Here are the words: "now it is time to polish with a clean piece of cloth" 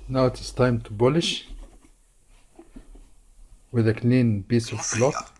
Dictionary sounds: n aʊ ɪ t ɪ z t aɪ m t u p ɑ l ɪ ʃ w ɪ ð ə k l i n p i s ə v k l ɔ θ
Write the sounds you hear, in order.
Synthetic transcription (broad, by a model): n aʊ ɪ t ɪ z t aɪ m t u b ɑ l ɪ ʃ w ɪ ð ə k l i n b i s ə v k l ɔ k